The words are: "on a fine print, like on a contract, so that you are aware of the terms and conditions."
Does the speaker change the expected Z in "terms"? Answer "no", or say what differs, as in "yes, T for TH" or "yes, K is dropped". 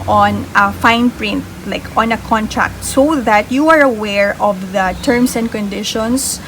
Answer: yes, S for Z